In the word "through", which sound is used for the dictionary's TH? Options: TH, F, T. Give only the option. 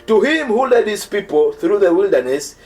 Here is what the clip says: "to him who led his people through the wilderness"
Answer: TH